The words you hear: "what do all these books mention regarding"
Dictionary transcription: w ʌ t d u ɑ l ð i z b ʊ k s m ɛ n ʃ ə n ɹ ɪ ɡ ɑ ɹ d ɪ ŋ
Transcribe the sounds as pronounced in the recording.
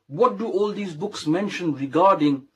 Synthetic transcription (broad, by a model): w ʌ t d u ɑ l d i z b ʊ k s m ɛ n ʃ ə n ɹ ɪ ɡ ɑ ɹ d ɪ ŋ